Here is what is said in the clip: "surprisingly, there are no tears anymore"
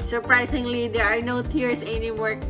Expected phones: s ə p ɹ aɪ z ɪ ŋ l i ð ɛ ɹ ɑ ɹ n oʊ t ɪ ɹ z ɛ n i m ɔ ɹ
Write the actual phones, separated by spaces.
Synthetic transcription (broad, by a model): s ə p ɹ aɪ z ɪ ŋ l i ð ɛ ɹ ɑ ɹ n oʊ t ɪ ɹ s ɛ n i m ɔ ɹ